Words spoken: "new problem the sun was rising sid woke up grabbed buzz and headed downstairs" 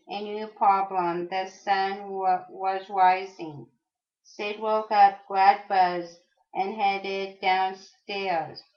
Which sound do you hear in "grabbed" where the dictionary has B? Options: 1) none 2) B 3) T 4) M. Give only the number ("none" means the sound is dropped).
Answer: 1